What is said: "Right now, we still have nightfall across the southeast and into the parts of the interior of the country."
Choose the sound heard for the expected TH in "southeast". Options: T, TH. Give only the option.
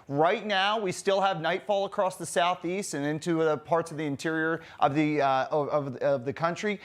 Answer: TH